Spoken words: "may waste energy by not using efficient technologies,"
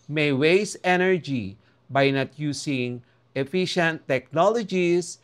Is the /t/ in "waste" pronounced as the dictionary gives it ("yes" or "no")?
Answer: no